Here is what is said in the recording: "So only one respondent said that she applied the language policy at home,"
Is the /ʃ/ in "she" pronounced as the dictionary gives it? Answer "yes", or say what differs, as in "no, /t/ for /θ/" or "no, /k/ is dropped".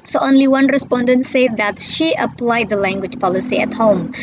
yes